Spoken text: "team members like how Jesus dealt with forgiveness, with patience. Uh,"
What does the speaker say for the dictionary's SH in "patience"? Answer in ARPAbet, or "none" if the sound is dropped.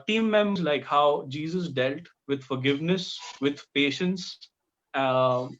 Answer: SH